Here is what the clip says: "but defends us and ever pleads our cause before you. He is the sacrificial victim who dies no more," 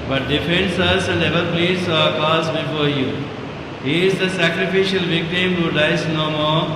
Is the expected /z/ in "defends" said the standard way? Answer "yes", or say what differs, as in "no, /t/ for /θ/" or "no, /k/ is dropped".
no, /s/ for /z/